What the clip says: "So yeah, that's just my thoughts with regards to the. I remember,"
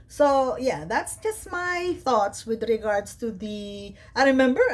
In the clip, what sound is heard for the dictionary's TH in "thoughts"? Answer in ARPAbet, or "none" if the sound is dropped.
TH